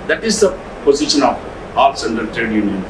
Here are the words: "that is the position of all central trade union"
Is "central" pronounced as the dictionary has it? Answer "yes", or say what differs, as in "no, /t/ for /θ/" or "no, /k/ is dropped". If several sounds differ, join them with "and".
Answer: no, /ɹ/ is dropped